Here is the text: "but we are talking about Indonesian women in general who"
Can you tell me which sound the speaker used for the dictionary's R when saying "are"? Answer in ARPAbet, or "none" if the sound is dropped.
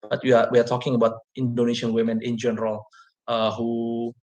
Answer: W